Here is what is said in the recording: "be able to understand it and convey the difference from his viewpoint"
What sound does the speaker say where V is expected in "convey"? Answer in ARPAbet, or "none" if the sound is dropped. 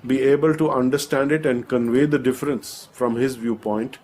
V